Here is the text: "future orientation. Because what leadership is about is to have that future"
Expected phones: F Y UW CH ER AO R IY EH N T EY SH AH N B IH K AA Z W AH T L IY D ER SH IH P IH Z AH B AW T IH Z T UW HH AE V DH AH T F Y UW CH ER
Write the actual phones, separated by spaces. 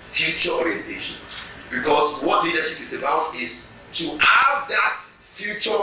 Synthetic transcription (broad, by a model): F Y UW CH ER AO R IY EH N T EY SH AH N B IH K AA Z W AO T L IY D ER SH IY P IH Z AH B AW T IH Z T UW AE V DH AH T F Y UW CH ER